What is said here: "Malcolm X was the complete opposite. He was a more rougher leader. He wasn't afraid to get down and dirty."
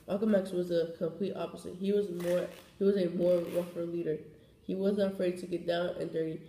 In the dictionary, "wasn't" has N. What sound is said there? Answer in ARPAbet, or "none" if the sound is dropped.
none